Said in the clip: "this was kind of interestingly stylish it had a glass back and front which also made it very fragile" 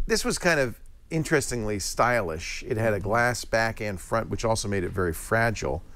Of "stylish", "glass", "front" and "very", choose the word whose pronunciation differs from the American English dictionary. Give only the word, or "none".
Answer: none